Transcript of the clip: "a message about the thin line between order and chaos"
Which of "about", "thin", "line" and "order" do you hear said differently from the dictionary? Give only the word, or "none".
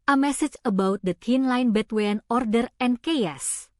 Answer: thin